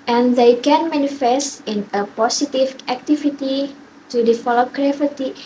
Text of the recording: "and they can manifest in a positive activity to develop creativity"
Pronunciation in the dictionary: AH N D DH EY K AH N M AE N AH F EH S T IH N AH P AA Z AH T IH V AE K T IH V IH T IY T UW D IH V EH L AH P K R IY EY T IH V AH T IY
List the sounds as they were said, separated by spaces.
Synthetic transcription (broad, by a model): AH N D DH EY K AH N M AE N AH F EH S T IH N AH P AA S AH T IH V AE K T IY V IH T IY T UW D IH F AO L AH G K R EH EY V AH T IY